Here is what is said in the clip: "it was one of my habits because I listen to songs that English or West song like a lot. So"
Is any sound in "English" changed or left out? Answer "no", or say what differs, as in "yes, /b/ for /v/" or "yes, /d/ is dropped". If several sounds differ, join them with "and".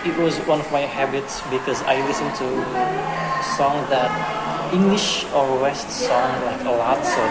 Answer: no